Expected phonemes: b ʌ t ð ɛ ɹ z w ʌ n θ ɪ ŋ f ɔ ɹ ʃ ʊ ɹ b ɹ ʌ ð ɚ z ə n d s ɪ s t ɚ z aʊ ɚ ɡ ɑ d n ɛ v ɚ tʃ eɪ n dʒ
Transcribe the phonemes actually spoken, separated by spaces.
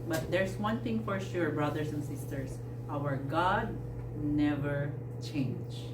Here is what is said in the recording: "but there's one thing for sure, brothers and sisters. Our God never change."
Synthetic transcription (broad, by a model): b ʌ t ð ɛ ɹ s w ʌ n θ ɪ ŋ f ɔ ɹ ʃ ʊ ɹ b ɹ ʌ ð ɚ s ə n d s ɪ s t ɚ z aʊ ɚ ɡ ɑ d n ɛ v ɚ tʃ eɪ n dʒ